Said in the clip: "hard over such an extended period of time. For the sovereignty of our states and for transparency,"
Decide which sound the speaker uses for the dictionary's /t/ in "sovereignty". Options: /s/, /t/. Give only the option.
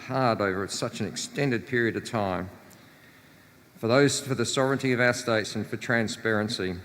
/t/